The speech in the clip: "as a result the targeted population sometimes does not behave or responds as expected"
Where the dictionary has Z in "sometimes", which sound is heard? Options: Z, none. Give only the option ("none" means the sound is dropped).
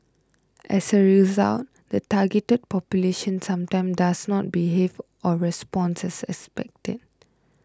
none